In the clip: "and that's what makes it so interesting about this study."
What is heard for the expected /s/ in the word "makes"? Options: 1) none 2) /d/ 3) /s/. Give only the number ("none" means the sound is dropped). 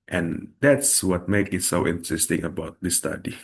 1